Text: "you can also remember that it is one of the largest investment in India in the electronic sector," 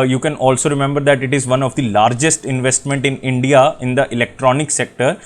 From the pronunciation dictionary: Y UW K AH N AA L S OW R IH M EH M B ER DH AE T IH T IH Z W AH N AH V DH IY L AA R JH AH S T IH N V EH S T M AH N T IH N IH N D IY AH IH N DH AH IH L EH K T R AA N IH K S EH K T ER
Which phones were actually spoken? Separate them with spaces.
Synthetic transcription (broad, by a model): Y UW K AH N AA L S OW R IH M EH M B ER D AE T IH T IH Z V AH N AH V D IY L AA R JH AH S T IH N V EH S T M AH N T IH N IH N D IY AH IH N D AH IH L EH K T R AA N IH K S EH K T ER